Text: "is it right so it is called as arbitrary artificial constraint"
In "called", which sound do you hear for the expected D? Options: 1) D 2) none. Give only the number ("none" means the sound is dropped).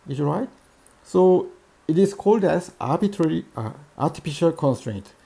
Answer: 1